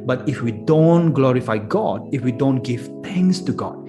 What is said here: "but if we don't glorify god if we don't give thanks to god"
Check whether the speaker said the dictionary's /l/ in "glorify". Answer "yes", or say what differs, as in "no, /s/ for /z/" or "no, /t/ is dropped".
yes